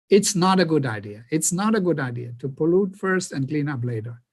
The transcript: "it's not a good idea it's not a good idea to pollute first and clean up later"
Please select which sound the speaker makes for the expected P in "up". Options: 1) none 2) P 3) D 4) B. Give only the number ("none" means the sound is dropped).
4